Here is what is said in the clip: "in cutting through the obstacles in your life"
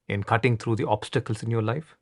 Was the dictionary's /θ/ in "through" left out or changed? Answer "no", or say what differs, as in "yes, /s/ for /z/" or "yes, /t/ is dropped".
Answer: yes, /t/ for /θ/